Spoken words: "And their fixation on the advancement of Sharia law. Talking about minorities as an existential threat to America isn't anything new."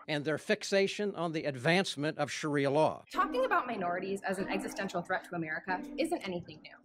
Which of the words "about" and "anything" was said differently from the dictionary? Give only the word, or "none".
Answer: none